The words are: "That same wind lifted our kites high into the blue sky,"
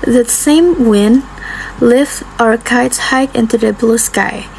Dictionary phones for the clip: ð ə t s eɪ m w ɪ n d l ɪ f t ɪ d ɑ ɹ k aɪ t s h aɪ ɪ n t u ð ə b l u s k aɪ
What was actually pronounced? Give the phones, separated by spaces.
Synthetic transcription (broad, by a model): ð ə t s eɪ m w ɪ n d l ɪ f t ɑ ɹ k aɪ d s h aɪ ɪ n t u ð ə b l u s k aɪ